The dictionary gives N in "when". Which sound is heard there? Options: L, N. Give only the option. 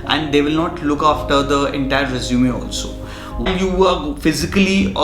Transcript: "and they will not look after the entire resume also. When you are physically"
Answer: L